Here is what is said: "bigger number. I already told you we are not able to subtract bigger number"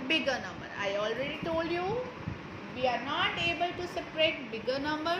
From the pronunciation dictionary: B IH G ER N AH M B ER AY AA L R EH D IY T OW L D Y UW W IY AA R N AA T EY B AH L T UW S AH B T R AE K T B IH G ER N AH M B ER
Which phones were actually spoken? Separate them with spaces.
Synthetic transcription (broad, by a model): B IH G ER N AH M B ER AY AA L R EH D IY T OW L D Y UW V IY AA R N AA T EY B AH L T UW S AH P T R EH T B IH G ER N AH M B ER